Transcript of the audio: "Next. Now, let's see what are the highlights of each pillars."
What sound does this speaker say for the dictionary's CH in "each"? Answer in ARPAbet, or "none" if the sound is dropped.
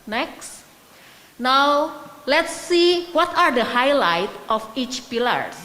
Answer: CH